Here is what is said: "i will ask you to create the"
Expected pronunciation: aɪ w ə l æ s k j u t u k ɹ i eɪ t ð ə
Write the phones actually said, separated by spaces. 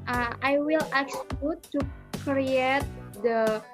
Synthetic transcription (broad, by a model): aɪ w ə l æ k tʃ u t u k ɹ i eɪ t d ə